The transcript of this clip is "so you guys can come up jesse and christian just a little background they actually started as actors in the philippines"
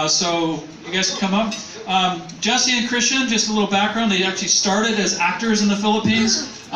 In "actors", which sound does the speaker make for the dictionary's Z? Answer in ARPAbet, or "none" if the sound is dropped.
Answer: Z